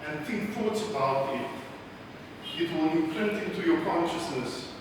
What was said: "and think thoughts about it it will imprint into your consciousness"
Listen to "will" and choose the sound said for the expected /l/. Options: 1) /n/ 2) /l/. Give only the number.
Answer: 1